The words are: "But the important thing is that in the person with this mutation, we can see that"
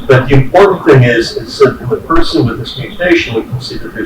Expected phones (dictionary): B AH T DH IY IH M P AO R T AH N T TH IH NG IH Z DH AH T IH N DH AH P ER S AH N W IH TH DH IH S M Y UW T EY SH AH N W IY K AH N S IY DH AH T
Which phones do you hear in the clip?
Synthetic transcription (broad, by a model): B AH T DH IY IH M P AO R T N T TH IH NG IH Z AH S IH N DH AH P ER S AH N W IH DH IH S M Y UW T EY SH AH N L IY K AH N S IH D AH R